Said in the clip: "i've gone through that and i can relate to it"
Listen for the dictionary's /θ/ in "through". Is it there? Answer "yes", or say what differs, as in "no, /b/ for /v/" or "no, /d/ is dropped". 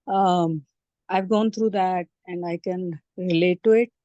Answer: no, /t/ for /θ/